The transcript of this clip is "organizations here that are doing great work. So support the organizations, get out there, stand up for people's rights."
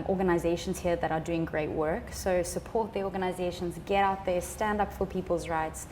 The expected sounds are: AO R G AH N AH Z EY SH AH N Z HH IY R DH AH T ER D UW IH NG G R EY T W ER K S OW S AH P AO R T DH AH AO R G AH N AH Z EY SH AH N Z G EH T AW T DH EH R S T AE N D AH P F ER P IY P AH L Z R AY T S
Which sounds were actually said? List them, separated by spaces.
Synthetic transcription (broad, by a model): AO R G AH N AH Z EY SH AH N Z HH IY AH DH AH T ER D UW IH NG G R EY T W ER K S OW S AH P AO R T DH AH AO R G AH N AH Z EY SH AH N Z G EH T AW T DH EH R S T AE N D AH P F ER P IY P AH L Z R AY T S